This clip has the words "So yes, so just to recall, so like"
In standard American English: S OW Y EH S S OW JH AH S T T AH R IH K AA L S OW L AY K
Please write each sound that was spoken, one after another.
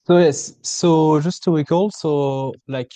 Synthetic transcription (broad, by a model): S OW Y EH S S OW ZH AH S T T AH W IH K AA L S OW L AY K